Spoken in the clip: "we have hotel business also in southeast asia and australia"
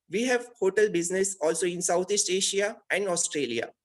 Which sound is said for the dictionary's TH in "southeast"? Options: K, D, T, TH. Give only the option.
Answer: T